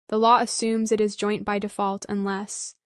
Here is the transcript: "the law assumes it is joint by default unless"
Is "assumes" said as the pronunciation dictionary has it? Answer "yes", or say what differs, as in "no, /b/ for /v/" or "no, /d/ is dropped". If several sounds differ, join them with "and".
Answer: yes